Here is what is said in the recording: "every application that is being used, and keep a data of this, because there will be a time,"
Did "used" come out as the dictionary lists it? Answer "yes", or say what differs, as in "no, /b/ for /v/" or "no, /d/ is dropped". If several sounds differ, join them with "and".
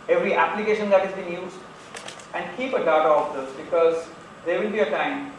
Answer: no, /d/ is dropped